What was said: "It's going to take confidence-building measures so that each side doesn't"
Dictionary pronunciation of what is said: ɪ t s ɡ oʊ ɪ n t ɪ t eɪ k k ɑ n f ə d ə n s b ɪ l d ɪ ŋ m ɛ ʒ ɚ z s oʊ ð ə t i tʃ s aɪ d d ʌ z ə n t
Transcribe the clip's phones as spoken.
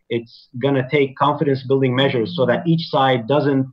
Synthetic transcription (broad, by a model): ɪ t s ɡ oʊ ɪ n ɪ t eɪ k k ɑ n f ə d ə n s b ɪ l d ɪ ŋ m ɛ ʒ ɚ z s oʊ ð ə t i tʃ s aɪ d d ʌ z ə n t